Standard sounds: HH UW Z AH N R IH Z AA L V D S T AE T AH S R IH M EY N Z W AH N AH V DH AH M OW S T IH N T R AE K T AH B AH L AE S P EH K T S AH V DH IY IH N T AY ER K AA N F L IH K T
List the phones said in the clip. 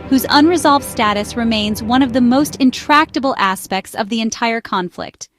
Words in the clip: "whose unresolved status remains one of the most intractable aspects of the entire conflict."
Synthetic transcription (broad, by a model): HH UW Z AH N R IH Z AA L V D S T AE T AH S R IH M EY N Z W AH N AH V DH AH M OW S T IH N T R AE K T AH B L AE S P EH K T S AH V DH IY IH N T AY ER K AA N F L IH K T